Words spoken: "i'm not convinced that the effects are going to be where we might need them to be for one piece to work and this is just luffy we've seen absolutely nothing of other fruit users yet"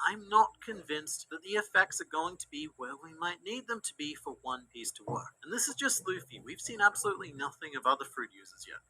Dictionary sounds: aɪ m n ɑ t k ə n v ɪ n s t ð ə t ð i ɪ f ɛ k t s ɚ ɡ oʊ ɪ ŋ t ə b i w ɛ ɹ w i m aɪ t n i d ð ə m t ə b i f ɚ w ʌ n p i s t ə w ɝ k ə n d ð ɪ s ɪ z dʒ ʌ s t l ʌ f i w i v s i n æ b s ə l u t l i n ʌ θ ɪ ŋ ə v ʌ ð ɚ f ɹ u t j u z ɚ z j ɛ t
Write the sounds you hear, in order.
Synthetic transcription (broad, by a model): aɪ m n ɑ t k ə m v ɪ n s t ð ə t ð i ɪ f ɛ k t s ɚ ɡ oʊ ɪ ŋ t ə b i w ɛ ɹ w i m aɪ t n i d ð ə m t ə b i f ɚ w ʌ n p i s t ə w ɝ k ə n ð ɪ s ɪ z dʒ ʌ s t l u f i w i v s i n æ b s ə l u t l i n ʌ θ ɪ ŋ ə b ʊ ð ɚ f ɹ u t j u z ɚ z j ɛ t